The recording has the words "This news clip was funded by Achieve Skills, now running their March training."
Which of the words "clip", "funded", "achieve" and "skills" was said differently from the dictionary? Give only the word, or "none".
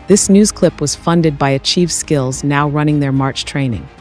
none